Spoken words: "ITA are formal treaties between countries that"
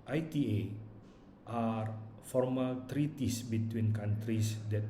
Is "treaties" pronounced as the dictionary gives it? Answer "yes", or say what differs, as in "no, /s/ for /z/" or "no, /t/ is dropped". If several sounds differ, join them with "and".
no, /s/ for /z/